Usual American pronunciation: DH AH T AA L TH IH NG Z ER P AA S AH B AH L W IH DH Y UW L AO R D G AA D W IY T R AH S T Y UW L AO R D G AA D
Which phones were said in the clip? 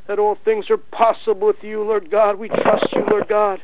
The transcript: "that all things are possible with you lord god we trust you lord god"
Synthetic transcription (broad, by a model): DH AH T AA L TH IH NG Z ER P AA S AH B L W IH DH Y UW L AO R D G AA D W IY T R AH S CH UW L AO R D G AA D